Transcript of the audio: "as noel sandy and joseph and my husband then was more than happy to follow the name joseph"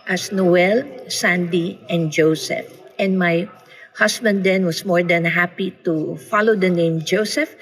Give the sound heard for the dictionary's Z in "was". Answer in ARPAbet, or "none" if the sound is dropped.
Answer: S